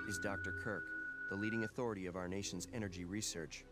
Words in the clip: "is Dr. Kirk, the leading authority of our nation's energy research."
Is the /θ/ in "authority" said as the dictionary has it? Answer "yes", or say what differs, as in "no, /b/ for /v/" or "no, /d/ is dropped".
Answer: yes